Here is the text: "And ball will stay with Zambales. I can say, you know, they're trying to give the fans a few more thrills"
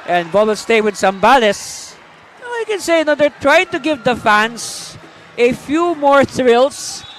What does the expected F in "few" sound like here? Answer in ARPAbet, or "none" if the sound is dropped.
F